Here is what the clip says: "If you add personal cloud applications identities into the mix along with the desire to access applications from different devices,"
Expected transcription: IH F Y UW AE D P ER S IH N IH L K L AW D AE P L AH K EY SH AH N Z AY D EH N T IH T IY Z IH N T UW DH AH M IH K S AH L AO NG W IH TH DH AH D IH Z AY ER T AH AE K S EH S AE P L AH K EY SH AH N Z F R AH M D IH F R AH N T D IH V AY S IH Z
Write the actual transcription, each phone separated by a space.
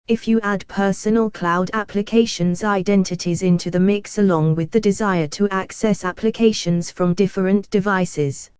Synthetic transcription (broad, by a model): IH F Y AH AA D P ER S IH N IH L K L AW D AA P L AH K EY SH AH N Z AY D EH N T IH T IY Z IH N T UW DH AH M IH K S AH L AO NG W IH DH AH D IH Z AY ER T AH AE K S EH S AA P L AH K EY SH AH N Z F R AH M D IH F R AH N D IH V AY S IH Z